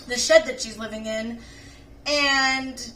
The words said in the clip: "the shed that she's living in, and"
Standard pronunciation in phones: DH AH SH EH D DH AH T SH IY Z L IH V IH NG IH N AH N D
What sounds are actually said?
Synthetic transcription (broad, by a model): DH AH SH EH D DH AH T SH IY Z L IH V IH NG IH N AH N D